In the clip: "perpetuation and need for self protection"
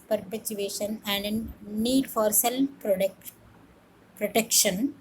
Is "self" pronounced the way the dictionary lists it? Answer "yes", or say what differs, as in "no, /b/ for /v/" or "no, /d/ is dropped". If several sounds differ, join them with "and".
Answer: no, /p/ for /f/